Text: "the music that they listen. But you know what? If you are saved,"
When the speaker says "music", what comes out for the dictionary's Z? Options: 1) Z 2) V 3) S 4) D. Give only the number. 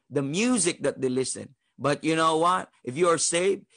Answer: 1